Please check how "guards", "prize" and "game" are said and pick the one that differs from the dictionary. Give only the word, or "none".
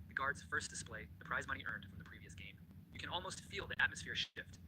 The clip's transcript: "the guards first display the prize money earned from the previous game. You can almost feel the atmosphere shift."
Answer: none